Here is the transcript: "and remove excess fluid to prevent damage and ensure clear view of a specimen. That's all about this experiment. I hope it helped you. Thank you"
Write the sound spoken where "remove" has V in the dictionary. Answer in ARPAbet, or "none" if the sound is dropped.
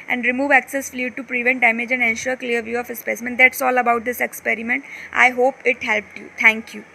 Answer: V